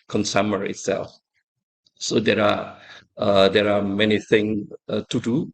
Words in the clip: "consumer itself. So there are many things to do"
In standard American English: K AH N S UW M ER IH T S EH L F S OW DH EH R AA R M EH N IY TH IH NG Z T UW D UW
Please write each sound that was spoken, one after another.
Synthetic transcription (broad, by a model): K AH N S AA M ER IH T S EH L F S OW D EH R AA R M EH N IY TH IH NG T UW D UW